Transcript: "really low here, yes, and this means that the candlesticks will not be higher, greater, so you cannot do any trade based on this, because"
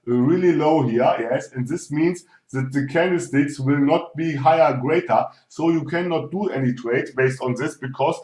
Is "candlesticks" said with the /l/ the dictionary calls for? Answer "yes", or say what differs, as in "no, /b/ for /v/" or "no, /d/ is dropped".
no, /l/ is dropped